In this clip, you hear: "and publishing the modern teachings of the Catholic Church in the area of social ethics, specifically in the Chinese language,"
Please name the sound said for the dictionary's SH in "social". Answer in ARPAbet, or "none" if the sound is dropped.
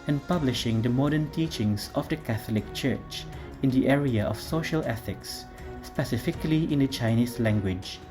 SH